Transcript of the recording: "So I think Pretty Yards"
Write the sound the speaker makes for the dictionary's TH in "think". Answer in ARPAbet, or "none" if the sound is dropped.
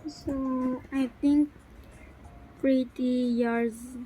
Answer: T